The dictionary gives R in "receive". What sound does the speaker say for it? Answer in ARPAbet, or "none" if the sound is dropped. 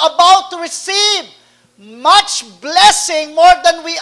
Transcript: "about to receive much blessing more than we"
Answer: R